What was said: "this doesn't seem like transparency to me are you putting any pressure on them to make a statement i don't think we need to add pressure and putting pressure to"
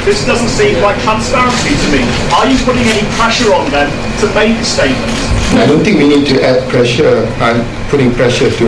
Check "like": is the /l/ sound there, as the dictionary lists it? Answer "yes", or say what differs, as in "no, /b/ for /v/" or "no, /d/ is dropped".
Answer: no, /w/ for /l/